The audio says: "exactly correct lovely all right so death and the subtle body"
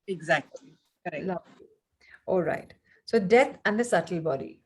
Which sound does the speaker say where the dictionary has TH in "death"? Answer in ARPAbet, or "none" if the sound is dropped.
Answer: T